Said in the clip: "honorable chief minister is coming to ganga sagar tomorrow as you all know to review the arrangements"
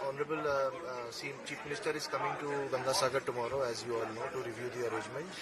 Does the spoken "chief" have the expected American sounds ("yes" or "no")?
no